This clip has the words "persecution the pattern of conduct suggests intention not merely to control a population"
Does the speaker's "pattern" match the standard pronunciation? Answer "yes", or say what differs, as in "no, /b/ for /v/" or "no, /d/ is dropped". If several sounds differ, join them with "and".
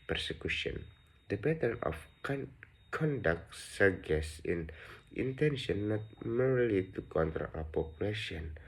no, /b/ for /p/